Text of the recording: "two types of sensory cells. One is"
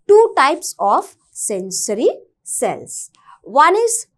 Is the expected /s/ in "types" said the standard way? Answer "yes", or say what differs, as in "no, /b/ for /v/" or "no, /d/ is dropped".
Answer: yes